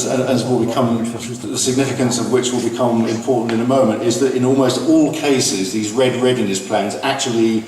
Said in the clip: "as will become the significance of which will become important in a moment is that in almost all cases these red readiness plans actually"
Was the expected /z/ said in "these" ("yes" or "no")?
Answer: yes